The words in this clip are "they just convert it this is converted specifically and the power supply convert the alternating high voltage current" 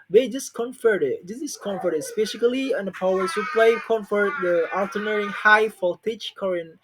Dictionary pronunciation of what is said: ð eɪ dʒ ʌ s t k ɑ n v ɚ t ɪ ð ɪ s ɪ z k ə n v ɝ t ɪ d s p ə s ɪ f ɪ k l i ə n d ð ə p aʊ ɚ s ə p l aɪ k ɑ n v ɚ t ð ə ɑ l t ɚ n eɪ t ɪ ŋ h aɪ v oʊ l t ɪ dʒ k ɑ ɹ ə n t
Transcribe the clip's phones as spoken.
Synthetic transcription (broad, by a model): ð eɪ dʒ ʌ s k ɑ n f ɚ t ɪ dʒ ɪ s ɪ s k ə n f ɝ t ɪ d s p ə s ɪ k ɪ l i ə n d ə p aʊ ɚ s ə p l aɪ k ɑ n f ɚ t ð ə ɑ l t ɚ n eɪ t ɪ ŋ h aɪ f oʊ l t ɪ tʃ k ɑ ɹ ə n